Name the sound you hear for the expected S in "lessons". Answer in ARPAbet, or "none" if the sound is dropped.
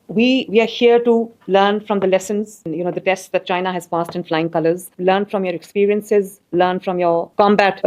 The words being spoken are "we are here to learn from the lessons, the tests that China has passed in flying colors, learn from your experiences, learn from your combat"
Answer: S